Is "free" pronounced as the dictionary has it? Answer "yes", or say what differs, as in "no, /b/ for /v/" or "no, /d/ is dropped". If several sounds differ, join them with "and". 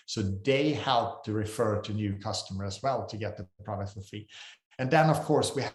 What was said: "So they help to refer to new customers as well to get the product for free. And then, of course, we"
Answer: no, /ɹ/ is dropped